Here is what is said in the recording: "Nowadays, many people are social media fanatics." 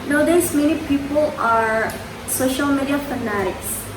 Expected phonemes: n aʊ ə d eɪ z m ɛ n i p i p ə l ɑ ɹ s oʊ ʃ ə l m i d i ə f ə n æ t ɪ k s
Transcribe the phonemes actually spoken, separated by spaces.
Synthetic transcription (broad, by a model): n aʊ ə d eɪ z m ɛ n i p i p ə l ɑ ɹ s oʊ ʃ ə l m i d i ə f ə n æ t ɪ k s